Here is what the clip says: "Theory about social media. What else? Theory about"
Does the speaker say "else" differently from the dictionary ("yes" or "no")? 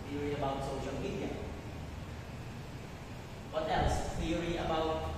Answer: yes